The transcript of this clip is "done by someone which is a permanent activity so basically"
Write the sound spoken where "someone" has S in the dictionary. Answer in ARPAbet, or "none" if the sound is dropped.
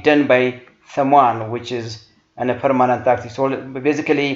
TH